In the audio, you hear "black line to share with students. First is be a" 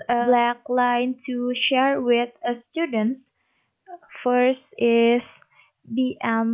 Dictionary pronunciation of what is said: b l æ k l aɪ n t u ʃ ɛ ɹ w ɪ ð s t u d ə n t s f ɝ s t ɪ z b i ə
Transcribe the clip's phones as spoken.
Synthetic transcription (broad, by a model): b l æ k l aɪ n t u ʃ ɛ ɹ w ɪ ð s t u d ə n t s f ɝ s t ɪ s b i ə